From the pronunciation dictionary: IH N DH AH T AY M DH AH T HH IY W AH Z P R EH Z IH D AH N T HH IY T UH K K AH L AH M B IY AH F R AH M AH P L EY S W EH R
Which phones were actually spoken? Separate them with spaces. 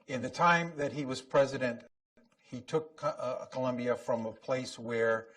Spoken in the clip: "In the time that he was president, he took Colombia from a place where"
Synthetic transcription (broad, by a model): IH N DH AH T AY M DH AH T HH IY W AH Z P R EH Z IH D AH N T HH IY T UH K K AH L AH M B IY AH F R AH M AH P L EY S W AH R